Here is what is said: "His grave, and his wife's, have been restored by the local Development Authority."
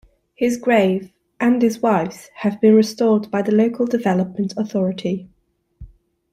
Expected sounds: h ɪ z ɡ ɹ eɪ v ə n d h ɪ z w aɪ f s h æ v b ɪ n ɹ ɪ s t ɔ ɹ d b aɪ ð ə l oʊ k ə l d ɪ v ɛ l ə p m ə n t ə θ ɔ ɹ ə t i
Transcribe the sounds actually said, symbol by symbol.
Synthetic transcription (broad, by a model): h ɪ z ɡ ɹ eɪ v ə n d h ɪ z w aɪ f s h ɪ v b ɪ n ɹ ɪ s t ɔ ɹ d b aɪ ð ə l oʊ k ə l d ɪ v ɛ l ə p m ə n t ə θ ɔ ɹ ə t i